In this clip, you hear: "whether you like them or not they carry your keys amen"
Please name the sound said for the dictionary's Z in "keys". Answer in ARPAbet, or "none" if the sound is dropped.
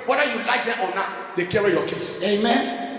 S